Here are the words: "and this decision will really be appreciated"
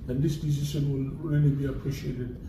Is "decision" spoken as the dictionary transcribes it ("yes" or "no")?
no